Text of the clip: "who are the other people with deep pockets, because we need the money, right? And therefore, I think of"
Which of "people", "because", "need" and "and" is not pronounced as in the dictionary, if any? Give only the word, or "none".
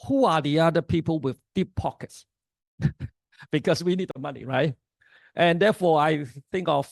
because